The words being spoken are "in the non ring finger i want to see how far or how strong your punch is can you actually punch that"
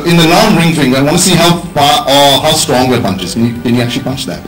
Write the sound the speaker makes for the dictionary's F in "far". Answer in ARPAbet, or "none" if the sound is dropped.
P